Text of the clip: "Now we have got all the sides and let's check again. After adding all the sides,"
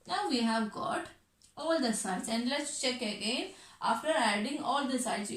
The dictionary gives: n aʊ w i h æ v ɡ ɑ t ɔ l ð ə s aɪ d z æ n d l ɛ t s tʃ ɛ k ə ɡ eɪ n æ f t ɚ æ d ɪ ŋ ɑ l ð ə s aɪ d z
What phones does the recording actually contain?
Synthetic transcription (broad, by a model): n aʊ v i h æ v ɡ ɑ t ɔ l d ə s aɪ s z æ n d l ɛ t s tʃ ɛ k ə ɡ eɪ n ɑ f t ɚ æ d ɪ ŋ ɑ l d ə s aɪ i